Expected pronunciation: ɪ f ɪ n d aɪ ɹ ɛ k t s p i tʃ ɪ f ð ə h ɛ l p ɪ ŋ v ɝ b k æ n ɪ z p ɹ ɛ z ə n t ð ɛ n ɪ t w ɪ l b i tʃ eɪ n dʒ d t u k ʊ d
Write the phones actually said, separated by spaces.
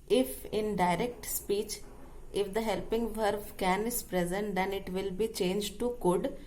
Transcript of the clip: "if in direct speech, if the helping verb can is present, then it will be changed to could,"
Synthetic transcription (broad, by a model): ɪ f ɪ n d aɪ ɹ ɛ k t s p i tʃ ɪ f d ə h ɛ l p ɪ ŋ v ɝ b k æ n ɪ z p ɹ ɛ z ə n t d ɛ n ɪ t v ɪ l b i tʃ eɪ n dʒ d t u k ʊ d